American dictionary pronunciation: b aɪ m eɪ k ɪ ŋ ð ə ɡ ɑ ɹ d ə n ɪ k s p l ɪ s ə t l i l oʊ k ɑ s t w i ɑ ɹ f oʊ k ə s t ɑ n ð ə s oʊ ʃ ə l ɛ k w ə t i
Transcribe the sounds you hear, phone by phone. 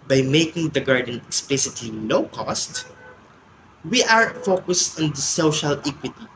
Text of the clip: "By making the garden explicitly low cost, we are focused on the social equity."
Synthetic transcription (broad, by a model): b aɪ m eɪ k ɪ ŋ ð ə ɡ ɑ ɹ d ə n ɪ k s p l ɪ s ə t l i l oʊ k ɑ s t w i ɑ ɹ f oʊ k ə s t ɑ n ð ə s oʊ ʃ ə l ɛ k w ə t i